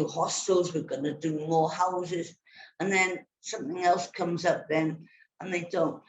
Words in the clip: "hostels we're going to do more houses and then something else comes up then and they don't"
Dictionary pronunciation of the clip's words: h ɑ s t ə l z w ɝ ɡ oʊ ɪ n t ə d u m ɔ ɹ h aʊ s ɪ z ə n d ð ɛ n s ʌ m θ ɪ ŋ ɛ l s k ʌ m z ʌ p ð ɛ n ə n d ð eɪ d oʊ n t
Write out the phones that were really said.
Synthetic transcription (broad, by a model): h ɑ s t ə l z w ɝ ɡ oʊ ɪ n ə d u m ɔ h aʊ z ɪ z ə n ð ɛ n s ʌ m θ ɪ ŋ ɛ l s k ʌ m z ʌ p ð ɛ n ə n ð eɪ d oʊ n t